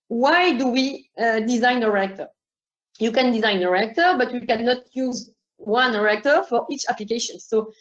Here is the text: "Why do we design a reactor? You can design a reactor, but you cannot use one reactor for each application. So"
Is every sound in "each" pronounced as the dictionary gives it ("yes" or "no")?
yes